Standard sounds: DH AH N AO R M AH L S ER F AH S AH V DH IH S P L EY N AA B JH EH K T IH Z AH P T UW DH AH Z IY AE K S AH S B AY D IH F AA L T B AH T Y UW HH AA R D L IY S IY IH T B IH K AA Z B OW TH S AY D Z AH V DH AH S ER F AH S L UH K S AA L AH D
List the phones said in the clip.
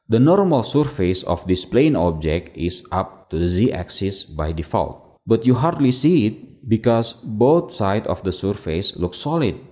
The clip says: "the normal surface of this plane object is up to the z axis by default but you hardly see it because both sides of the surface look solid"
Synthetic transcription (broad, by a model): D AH N AO R M AH L S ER F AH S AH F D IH S P L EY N AA B JH EH K T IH S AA P T UW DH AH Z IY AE K S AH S B AY D IH F AA L T B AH T Y UW HH AA R D L IY S IY IH T B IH K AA S B OW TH S AY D AH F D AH S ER F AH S L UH K S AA L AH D